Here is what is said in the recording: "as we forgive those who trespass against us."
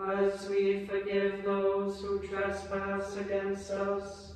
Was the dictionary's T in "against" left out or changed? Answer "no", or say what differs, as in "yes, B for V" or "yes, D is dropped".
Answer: yes, T is dropped